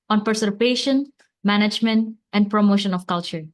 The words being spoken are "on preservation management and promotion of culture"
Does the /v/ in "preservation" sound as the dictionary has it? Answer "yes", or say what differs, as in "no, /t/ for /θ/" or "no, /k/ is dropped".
no, /p/ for /v/